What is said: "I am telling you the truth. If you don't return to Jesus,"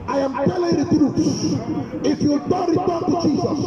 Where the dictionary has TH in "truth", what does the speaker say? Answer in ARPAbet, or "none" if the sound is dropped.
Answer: S